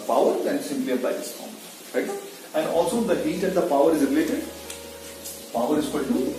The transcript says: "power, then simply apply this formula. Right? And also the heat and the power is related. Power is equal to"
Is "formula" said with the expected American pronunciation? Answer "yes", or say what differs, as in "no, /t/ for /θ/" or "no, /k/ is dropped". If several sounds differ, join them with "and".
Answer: no, /l/ is dropped